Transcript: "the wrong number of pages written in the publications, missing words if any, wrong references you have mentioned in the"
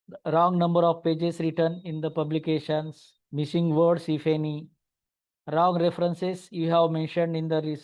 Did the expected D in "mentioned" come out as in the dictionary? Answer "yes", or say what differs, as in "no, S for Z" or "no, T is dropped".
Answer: yes